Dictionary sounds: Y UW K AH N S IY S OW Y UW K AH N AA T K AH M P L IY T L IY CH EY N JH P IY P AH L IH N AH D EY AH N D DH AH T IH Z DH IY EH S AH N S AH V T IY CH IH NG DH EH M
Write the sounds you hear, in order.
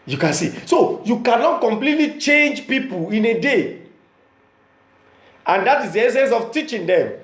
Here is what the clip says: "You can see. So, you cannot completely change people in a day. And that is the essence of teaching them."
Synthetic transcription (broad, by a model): Y UW K AH N S IY S OW Y UW K AH N AA T K AH M P L IY T L IY CH EY N JH P IY P AH L IH N AH D EY AH N D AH T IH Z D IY EH S AH N S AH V T IY CH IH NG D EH M